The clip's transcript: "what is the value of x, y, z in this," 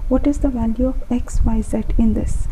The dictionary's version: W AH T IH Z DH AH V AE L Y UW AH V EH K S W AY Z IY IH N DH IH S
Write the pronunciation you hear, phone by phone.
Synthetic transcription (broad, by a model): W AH T IH Z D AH V AE L Y UW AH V EH K S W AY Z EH IH N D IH S